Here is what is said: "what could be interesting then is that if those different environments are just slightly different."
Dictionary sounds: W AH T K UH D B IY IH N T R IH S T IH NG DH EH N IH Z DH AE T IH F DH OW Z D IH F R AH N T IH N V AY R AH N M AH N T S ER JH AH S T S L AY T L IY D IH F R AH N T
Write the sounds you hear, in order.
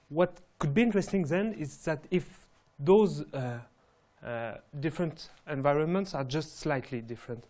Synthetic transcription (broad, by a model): W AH T K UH D B IY IH N T R IH S T IH NG DH EH N IH Z DH AE T IH F DH OW Z D IH F R AH N T IH N V AY R AH N M AH N T S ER JH AH S T S L AY T L IY D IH F R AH N T